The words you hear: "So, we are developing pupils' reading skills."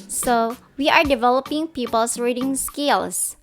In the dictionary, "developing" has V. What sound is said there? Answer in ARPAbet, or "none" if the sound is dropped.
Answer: V